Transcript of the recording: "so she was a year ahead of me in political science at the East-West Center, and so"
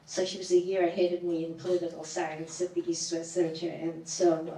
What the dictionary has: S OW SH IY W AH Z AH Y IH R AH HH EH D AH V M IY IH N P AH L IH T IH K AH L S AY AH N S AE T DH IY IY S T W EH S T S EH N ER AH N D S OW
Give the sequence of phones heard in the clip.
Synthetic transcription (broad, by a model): S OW SH IY W AH Z AH Y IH R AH HH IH D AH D M IY IH N P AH L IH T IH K L S AY AH N S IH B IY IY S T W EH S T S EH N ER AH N S OW